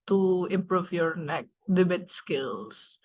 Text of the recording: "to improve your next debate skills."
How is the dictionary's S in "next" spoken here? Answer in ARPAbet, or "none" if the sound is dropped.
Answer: none